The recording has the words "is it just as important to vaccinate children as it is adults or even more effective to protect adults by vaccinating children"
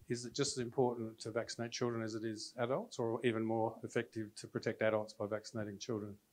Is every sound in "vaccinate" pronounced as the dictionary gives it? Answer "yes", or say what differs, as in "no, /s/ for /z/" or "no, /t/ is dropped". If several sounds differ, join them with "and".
yes